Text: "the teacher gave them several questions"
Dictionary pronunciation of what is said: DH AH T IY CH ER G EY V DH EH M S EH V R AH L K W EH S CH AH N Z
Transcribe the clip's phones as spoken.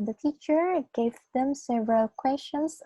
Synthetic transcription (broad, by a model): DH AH T IY CH ER G EY V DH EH M S EH V R AH L K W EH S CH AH N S